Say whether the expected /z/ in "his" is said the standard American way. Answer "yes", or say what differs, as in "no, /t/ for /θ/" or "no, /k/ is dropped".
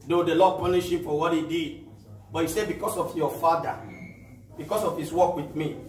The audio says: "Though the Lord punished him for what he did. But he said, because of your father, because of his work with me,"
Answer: no, /s/ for /z/